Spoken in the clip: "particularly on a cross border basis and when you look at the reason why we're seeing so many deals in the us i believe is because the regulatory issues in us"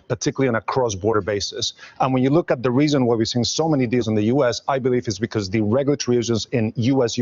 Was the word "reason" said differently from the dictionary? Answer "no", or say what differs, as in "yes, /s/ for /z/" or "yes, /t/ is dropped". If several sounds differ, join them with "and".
no